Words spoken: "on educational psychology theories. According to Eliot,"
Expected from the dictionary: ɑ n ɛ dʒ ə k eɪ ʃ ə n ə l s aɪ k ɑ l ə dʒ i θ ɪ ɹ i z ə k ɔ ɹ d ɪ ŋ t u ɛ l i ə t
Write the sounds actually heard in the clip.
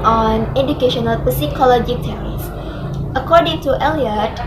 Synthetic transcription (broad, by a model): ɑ n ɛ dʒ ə k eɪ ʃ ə n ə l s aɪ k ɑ l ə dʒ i t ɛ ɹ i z ə k ɔ ɹ d ɪ ŋ t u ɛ l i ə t